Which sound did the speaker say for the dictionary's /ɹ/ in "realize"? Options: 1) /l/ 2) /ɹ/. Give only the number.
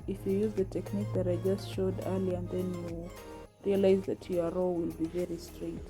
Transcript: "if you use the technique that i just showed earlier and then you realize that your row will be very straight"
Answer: 2